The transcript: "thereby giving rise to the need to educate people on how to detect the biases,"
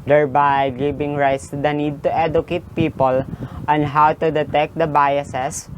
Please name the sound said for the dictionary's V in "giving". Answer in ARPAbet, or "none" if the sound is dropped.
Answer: B